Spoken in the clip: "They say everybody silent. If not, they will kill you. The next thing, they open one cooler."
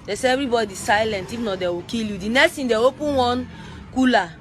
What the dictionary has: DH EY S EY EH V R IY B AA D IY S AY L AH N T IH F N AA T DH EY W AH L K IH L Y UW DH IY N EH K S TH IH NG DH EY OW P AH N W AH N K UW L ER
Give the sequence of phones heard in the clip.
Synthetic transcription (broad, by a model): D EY S EY EH V R IY B AA D IY S AY L AH N T IH F N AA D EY W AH K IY L Y UW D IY N EH K S T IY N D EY OW P AH N W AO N K UW L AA